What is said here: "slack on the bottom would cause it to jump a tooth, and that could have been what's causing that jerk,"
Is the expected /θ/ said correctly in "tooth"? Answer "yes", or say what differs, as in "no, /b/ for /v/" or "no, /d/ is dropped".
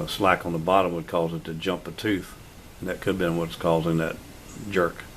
yes